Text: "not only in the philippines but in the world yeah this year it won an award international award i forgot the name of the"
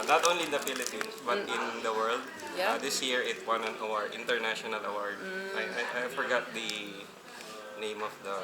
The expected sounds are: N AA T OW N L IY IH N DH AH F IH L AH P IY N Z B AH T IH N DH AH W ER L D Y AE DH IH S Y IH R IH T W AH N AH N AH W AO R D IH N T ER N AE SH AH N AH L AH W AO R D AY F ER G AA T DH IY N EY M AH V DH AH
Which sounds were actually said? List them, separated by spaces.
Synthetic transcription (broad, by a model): N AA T OW N L IY IH N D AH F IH L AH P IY N S B AH T IH N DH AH W ER L D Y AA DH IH S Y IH R IH T W AH N AH N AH W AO R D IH N T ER N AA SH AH N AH L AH W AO R D AY F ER G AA T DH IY N EY M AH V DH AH